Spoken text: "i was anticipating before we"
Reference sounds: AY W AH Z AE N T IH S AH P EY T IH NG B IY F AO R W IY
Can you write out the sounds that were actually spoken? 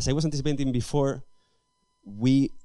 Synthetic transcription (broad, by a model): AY W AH S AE N T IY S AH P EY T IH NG B IY F AO R W IY